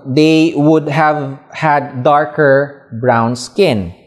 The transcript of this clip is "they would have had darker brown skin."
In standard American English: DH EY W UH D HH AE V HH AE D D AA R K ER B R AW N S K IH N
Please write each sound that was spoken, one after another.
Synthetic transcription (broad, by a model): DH EY W UH D HH AE V HH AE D D AA R K ER B R AW N S K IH N